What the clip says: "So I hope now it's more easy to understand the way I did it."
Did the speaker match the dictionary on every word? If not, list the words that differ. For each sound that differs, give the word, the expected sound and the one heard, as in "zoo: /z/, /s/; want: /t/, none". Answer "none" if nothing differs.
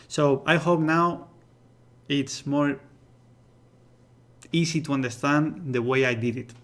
easy: /z/, /s/